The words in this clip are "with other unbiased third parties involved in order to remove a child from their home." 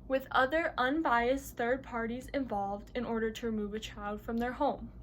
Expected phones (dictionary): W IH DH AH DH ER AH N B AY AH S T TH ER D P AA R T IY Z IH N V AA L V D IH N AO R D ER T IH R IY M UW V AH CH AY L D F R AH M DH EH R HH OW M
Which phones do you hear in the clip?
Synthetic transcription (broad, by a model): W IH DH AH DH ER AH N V AY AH S TH ER D P AA R T IY Z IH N V AA L V D IH N AO R D ER T IH R IY M UW V AH CH AY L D F R AH M DH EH R HH OW M